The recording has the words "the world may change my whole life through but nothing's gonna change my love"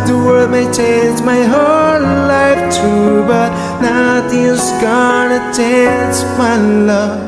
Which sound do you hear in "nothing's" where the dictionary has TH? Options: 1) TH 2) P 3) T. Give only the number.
3